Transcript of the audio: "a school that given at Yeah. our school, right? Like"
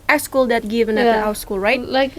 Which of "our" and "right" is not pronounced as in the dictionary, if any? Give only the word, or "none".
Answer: our